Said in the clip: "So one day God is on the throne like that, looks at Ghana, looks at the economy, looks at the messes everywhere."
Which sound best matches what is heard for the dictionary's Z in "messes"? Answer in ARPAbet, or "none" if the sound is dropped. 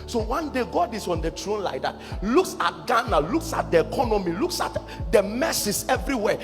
S